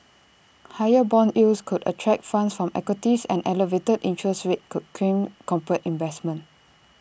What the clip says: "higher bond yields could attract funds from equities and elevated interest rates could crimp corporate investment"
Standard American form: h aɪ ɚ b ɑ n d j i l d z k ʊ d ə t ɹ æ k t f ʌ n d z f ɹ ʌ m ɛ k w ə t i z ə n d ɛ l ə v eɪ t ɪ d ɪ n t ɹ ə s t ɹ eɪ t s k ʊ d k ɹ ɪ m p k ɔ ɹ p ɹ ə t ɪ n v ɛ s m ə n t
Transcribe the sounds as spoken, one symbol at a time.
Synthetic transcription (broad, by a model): h aɪ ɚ b ɑ n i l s k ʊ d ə t ɹ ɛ k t f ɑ n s f ɹ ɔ m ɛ k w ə t i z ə n ɛ l ə v eɪ t ɪ d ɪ n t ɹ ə s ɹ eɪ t k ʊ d k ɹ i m k ɔ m p ɹ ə t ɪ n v ɛ s m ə n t